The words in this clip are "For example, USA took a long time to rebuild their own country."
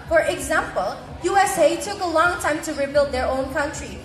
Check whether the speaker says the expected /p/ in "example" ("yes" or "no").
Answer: yes